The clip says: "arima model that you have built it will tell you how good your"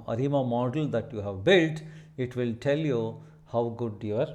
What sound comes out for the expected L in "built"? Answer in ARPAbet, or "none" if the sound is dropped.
L